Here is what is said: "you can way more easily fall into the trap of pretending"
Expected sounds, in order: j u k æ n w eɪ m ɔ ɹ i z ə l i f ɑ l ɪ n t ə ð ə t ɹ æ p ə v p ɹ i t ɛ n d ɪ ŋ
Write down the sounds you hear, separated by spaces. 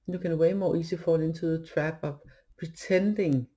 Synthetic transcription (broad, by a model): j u k æ n w eɪ m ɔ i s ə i f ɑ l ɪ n s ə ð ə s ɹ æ b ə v p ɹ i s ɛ n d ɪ ŋ